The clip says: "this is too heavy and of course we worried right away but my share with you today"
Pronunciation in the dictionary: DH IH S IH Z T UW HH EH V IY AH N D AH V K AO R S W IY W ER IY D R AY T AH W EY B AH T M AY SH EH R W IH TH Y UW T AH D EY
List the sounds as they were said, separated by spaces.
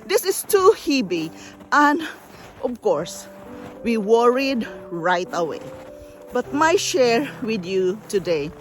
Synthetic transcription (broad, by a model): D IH S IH S T UW HH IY B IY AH N D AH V K AO R S W IY W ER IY D R AY T AH W EY B AH T M AY SH EH R W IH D Y UW T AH D EY